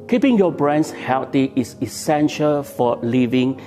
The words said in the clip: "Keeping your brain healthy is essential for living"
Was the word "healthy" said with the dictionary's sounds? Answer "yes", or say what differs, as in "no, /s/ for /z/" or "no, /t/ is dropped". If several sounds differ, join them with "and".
no, /t/ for /θ/